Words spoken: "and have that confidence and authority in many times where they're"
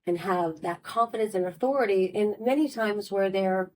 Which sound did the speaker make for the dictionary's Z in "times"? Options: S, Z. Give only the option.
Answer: Z